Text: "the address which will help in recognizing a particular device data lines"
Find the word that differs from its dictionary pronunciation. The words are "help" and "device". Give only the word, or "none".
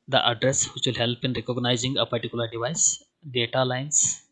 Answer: none